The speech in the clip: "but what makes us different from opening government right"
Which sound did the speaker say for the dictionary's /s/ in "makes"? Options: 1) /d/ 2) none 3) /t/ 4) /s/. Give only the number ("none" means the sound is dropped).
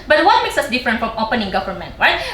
4